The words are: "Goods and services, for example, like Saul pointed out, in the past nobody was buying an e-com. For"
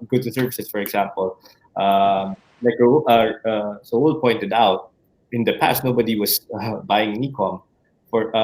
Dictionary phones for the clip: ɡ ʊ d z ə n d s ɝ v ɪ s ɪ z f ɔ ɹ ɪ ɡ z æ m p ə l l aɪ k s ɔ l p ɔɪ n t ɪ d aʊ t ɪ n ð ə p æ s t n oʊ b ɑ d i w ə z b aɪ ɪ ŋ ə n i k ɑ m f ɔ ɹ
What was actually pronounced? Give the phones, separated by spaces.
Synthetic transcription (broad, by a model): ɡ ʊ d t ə s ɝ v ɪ s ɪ s f ɔ ɹ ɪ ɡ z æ m p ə l l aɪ k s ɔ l p ɔɪ n t ɪ d aʊ t ɪ n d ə p æ s t n oʊ b ɑ d i w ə s b aɪ ɪ ŋ ə n i k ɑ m f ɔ ɹ